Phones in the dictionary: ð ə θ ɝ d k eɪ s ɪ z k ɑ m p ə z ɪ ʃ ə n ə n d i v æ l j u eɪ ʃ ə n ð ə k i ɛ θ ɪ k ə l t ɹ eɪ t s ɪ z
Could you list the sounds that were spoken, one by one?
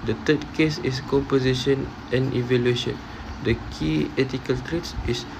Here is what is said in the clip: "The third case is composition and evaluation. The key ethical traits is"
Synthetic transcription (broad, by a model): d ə t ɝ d k eɪ s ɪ s k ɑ m p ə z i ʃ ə n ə n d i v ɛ l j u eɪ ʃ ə n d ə k i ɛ t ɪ k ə l t ɹ eɪ t s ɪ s